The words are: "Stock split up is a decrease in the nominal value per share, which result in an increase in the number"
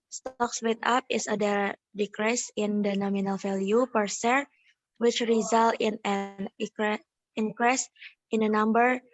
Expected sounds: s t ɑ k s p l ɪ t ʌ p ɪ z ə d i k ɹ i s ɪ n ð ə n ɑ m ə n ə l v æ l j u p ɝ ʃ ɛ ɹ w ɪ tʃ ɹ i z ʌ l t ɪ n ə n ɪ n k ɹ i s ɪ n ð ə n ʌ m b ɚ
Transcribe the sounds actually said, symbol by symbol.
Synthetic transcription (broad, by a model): s t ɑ k s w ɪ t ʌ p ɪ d ə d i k ɹ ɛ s ɪ n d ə n ɑ m ə n ə l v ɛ l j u p ɝ s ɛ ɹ w ɪ tʃ ɹ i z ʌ l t ɪ n ə n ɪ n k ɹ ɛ s ɪ n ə n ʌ m b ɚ